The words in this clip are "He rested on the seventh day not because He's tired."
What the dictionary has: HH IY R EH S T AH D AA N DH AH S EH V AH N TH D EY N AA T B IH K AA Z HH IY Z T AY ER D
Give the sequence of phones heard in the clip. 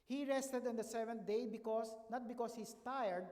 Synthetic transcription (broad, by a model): HH IY R EH S T AH D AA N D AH S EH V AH N T D EY N AA T B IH K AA S HH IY S T AY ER D